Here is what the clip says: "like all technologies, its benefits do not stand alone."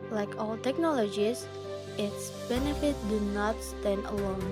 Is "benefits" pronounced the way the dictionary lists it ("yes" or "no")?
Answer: no